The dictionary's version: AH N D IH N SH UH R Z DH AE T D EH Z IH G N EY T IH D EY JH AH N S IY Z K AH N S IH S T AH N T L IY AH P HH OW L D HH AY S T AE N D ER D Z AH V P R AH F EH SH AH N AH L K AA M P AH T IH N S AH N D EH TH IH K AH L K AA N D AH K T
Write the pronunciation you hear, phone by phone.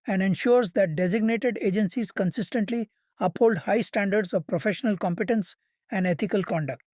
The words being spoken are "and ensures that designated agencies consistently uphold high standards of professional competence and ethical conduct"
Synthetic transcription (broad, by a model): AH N D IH N SH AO R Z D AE T D EH Z IH G N EY T IH D EY JH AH N S IY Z K AH N S IH S T AH N T L IY AH P HH OW L D HH AY S T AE N D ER D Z AH V P R AH F EH SH AH N AH L K AA M P AH T IH N S AH N D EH T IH K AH L K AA N D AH K T